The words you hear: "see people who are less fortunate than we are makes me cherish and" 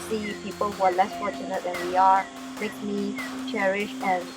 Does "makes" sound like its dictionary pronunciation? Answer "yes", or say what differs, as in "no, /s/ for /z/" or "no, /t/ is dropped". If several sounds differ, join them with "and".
no, /s/ is dropped